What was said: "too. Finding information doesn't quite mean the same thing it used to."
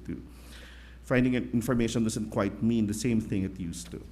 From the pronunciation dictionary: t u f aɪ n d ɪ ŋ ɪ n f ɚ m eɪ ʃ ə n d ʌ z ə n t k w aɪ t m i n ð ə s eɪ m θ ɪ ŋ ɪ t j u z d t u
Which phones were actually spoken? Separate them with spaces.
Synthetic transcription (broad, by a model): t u f aɪ n d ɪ ŋ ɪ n f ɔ m eɪ ʃ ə n d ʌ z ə n t k w aɪ t m i n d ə s eɪ m θ ɪ ŋ ɪ t j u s t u